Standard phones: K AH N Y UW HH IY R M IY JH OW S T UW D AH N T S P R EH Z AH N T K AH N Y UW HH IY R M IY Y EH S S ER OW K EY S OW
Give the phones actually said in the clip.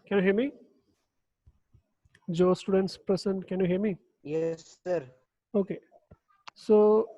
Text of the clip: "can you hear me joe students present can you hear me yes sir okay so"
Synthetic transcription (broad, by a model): K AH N Y UW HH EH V M IY JH OW S T UW D AH N T S P R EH S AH N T K AH N Y UW HH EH M IY Y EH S S ER OW K EY S OW